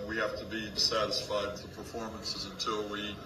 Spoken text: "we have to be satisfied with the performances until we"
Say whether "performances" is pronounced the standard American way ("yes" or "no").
yes